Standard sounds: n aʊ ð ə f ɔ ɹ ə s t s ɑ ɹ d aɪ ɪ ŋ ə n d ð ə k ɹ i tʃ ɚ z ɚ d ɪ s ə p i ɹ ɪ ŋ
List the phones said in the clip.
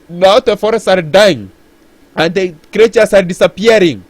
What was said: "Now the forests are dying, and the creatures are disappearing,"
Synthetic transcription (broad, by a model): n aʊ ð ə f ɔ ɹ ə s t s ɑ ɹ d aɪ ɪ ŋ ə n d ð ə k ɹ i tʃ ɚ s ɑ d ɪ s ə p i ɹ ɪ ŋ